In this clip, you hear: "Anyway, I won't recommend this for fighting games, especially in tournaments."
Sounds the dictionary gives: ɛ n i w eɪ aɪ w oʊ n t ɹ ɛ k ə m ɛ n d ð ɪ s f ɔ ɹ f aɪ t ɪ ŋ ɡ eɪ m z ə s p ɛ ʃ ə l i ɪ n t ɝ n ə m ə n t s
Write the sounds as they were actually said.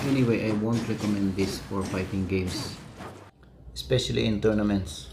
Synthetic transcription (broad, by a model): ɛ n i w eɪ aɪ w oʊ n t ɹ ɛ k ə m ɛ n d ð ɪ s f ɔ ɹ p aɪ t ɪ ŋ ɡ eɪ m s ə s p ɛ ʃ ə l i ɪ n t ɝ n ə m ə n t s